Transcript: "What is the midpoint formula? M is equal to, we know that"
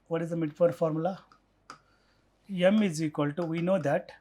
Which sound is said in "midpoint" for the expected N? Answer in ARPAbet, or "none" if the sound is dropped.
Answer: none